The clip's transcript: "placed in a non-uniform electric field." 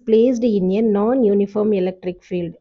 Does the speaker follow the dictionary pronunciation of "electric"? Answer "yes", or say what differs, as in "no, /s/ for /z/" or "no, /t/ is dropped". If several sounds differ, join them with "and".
yes